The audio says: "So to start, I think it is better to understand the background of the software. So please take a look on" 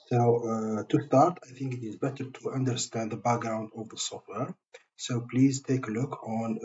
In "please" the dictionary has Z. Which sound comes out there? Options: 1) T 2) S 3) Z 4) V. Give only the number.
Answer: 3